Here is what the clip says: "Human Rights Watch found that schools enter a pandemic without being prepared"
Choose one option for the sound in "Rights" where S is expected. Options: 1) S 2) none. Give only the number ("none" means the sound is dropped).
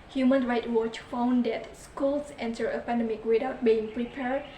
2